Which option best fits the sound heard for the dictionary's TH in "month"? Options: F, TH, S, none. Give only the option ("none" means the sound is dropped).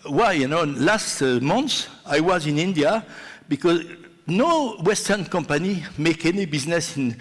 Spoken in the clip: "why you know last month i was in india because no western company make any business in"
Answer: S